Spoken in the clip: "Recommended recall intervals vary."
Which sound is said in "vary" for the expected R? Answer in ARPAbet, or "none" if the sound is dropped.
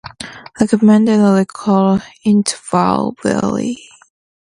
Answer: L